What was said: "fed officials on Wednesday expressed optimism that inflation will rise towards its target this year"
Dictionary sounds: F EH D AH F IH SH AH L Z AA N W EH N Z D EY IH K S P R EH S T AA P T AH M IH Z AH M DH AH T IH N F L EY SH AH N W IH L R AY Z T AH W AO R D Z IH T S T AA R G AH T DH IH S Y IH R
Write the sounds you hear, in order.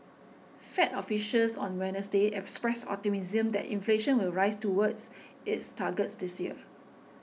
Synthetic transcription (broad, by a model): F EH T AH F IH SH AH L S AA N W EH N S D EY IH K S P R EH S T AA T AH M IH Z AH M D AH T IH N F L EY SH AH N W IH L R AY S T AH W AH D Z IH T S T AA G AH T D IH S Y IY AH